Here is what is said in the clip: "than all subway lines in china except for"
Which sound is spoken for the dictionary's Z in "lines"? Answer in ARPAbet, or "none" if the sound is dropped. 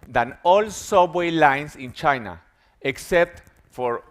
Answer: S